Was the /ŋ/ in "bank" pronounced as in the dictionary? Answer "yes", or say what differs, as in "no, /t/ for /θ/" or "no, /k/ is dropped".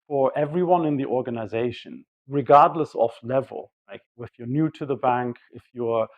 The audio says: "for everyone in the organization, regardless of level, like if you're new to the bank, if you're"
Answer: yes